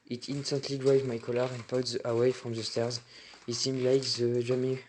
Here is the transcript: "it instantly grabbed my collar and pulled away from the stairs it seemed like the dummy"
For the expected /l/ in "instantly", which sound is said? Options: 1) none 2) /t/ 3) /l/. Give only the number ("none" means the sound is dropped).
3